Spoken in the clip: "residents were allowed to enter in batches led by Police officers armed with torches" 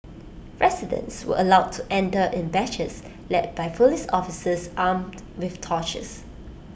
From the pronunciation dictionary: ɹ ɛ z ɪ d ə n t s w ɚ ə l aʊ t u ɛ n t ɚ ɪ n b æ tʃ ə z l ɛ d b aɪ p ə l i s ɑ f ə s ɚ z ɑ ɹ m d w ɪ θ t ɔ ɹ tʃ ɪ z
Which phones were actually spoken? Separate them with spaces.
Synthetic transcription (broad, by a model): ɹ ɛ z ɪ d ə n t s w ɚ ə l aʊ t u ɛ n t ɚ ɪ n b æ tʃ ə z l ɛ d b aɪ f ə l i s ɑ f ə s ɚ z ɑ m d w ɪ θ t ɔ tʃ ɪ s